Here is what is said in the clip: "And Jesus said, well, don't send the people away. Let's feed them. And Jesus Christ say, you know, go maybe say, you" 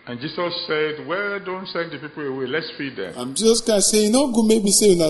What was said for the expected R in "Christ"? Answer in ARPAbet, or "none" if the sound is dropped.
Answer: none